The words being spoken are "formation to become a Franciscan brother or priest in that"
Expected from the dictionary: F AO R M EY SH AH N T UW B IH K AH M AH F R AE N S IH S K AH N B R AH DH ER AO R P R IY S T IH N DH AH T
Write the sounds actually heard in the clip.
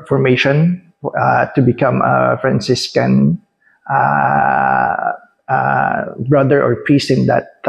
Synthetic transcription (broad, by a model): F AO R M EY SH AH N T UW B IH K AH M AH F R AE N S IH S K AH N B R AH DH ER AO R P R IY S T IH N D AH T